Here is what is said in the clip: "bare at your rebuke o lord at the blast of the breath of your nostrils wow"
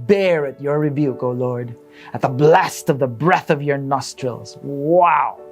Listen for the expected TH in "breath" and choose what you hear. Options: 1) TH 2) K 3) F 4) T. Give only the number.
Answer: 1